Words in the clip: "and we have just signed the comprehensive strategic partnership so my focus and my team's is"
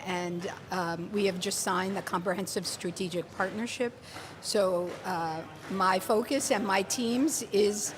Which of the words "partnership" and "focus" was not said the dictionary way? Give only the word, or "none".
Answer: none